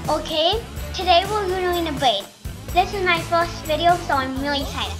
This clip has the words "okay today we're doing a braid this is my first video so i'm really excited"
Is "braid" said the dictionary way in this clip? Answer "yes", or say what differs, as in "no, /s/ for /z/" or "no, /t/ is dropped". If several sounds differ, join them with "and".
no, /ɹ/ is dropped